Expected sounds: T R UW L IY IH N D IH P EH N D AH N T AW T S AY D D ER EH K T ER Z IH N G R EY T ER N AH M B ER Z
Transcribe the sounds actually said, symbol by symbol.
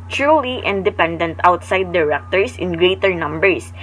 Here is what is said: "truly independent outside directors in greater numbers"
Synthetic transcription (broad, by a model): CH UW L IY IH N D IH P EH N D AH N T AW T S AY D D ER EH K T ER S IH N G R EY T ER N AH M B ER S